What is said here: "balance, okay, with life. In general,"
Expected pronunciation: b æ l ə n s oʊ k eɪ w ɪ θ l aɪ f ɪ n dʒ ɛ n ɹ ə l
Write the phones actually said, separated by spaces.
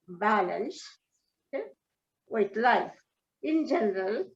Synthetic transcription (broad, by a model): b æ l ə n s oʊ eɪ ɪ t l aɪ f ɪ n dʒ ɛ n ɹ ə l